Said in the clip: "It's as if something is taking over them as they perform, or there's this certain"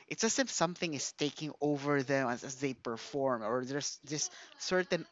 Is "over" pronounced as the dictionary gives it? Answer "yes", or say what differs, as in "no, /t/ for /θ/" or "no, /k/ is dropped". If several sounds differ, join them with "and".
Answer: yes